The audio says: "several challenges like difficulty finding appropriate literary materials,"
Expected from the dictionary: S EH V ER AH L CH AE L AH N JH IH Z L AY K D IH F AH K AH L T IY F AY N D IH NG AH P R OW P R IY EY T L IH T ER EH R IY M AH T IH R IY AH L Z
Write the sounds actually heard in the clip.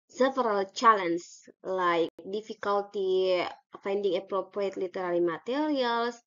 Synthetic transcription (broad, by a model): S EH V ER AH L CH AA L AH N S L AY K D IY F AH K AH L T IY F AY N D IH NG AH P R OW P R IY EY T L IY T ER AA L IY M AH T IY R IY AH L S